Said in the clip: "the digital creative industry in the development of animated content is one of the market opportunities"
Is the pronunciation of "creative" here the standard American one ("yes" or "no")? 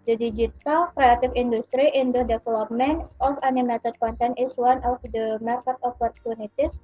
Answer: no